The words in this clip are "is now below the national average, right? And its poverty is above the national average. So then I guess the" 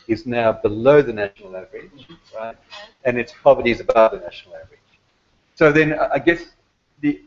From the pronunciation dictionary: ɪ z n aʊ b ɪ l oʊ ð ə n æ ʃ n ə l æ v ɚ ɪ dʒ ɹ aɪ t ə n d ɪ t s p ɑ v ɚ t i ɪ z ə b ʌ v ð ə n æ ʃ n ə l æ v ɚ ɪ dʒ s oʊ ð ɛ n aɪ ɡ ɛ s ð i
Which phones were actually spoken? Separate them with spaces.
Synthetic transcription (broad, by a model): ɪ z n aʊ b ɪ l oʊ ð ə n æ ʃ n l æ v ɚ ɪ dʒ ɹ aɪ t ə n ɪ t s p ɑ v ɚ t i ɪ z ə b ʌ v ð ə n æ ʃ n l æ v ɚ ɪ dʒ s oʊ ð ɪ n aɪ ɡ ɛ s ð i